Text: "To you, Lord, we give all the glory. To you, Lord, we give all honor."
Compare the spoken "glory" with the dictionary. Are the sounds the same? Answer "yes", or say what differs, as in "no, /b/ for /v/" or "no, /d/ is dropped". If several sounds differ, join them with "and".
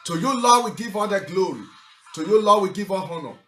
yes